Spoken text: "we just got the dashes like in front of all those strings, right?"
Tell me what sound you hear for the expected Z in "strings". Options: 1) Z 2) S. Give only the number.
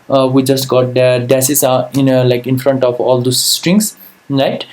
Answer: 2